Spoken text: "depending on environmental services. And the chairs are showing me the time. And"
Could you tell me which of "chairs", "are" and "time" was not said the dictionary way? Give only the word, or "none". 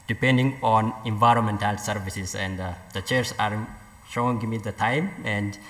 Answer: chairs